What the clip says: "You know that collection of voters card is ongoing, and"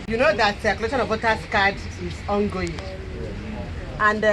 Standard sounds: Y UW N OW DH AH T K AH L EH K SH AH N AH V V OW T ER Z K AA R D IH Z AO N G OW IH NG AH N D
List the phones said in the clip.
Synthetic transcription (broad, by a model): Y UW N OW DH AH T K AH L EH SH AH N AH V W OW T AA S K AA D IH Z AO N G OW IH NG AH N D